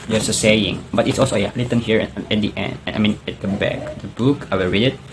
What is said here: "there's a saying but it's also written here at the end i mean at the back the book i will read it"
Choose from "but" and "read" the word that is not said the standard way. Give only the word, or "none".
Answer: none